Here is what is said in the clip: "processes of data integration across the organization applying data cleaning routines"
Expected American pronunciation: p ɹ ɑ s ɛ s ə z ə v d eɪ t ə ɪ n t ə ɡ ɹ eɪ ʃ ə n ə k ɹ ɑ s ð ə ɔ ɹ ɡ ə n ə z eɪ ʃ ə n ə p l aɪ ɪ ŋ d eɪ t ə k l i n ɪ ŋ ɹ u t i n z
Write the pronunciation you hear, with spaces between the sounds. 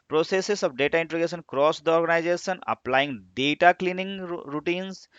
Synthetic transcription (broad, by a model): p ɹ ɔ s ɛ s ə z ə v d eɪ t ə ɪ n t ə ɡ eɪ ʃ ə n k ɹ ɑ s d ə ɔ ɹ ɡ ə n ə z eɪ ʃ ə n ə p l aɪ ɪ ŋ d eɪ t ə k l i n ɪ ŋ ɹ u t i n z